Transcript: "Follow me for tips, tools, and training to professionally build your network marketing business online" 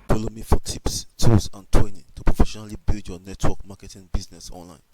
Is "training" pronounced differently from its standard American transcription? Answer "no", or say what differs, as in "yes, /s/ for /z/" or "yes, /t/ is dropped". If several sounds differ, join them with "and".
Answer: yes, /ɹ/ is dropped